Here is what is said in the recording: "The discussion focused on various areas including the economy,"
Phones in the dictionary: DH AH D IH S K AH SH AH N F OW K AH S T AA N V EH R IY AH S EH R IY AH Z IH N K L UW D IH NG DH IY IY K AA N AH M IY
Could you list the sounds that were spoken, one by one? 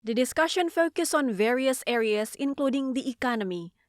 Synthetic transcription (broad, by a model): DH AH D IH S K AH SH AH N F OW K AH S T AA N V EH R IY AH S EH R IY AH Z IH N K L UW D IH NG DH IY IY K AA N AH M IY